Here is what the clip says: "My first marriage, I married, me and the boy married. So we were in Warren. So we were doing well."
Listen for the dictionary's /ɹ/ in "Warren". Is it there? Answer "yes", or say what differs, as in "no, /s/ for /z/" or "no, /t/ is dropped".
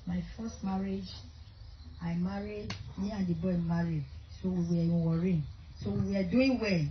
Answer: yes